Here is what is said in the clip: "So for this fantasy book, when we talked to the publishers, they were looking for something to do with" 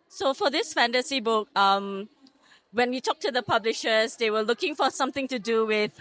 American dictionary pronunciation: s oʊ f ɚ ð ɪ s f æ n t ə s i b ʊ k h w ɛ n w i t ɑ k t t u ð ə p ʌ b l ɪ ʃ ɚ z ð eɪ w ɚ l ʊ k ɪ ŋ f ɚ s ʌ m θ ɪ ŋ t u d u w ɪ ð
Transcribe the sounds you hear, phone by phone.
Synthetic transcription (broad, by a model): s oʊ f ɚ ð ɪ s f æ n t ə s i b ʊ k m w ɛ n w i t ɑ k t t u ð ə p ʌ b l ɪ ʃ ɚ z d eɪ w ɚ l ʊ k ɪ ŋ f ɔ s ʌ m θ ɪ ŋ t u d u w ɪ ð